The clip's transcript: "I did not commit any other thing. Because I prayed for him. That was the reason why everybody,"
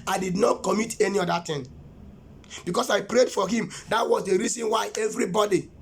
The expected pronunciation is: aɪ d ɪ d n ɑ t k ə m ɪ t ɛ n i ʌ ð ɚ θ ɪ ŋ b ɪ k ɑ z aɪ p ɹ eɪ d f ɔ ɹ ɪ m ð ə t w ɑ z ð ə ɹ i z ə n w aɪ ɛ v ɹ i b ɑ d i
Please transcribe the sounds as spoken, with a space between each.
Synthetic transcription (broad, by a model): aɪ d ɪ d n ɑ t k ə m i t ɛ n i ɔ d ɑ t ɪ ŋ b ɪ k ɑ s aɪ p ɹ eɪ d f ɔ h ɪ m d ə t w ɑ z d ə ɹ i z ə n w aɪ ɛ v ɹ i b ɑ d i